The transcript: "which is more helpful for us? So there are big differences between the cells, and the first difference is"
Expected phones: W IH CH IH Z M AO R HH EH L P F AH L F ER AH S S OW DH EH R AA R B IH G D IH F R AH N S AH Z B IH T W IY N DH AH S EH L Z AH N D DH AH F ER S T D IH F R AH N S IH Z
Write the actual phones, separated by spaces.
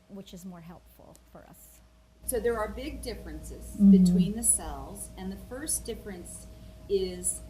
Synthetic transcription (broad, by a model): W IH CH IH Z M AO R HH EH L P F L F ER AH S S OW DH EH R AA R B IH G D IH F R AH N S AH Z B IH T W IY N DH AH S EH L Z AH N DH AH F ER S D IH F R AH N S IH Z